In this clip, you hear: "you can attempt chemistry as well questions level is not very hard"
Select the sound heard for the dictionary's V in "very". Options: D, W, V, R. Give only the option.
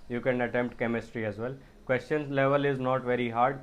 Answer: V